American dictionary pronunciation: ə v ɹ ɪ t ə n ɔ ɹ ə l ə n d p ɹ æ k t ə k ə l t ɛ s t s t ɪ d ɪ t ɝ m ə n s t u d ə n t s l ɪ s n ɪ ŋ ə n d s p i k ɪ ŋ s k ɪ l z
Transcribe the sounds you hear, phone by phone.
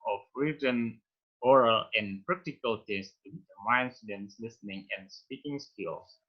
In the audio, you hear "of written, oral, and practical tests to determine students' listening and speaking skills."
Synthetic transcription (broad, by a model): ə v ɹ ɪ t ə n ɔ ɹ ə l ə n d p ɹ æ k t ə k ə l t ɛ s s t ɪ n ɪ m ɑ ə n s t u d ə n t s l ɪ s n ɪ ŋ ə n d s p i k ɪ ŋ s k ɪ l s